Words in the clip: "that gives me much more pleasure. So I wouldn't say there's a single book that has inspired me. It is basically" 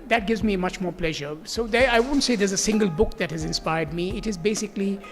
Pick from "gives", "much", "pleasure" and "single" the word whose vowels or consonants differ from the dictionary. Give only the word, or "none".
none